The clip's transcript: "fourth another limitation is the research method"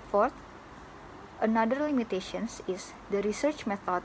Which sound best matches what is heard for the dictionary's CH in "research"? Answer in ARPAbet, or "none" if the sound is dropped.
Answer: CH